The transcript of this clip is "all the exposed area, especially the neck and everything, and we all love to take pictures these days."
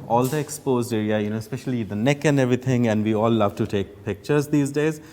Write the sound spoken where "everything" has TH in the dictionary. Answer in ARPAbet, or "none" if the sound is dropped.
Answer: T